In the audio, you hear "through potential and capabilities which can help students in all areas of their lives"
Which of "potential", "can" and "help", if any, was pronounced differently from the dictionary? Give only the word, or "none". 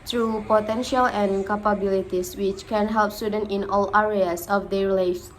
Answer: none